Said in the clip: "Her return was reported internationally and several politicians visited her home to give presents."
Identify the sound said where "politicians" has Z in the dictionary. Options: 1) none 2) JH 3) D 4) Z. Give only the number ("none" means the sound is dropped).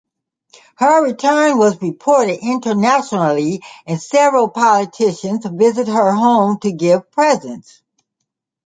4